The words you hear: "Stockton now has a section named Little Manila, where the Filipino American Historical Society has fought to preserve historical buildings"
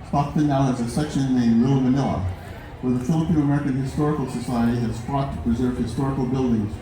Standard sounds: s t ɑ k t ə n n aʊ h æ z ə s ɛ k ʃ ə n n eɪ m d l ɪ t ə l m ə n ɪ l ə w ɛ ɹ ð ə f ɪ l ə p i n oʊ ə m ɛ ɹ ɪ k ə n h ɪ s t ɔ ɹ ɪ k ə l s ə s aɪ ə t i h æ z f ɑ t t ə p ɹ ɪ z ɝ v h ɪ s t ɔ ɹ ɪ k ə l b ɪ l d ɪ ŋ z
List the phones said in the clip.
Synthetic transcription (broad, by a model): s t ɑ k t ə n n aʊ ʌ z ə s ɛ k ʃ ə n n eɪ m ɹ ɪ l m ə n ɪ l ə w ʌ ɹ ð ə f ɪ l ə p i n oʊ ə m ɛ ɹ ɪ k ə n h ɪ s t ɔ ɹ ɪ k l s ə s aɪ ə t i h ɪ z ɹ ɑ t t ə p ɹ ɪ z ɝ v h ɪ s t ɔ ɹ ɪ k l b ɪ l d ɪ ŋ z